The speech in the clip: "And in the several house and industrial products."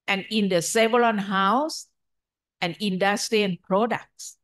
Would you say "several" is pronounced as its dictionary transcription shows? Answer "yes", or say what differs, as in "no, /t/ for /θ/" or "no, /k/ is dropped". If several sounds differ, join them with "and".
no, /l/ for /ɹ/ and /n/ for /l/